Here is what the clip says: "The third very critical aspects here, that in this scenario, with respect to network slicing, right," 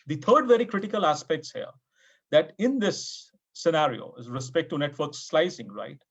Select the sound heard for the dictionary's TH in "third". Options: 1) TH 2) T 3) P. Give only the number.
2